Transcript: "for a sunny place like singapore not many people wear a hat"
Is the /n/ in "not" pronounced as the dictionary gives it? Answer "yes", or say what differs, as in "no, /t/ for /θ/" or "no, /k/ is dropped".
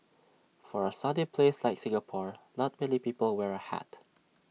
no, /l/ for /n/